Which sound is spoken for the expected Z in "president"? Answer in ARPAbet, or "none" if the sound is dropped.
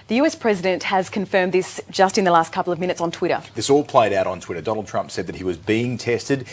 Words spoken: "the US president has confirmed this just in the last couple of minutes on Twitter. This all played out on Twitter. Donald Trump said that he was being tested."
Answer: Z